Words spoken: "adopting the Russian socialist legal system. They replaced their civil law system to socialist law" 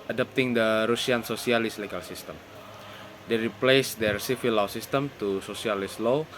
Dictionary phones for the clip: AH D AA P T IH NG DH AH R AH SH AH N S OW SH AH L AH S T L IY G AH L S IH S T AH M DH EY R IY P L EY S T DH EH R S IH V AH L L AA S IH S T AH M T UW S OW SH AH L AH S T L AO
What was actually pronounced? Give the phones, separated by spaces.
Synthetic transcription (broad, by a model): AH D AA P T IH NG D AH R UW S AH N S OW S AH L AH S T L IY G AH L S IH S T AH M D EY R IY P L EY S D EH R S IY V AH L L AA S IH S T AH M T UW S OW S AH L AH S L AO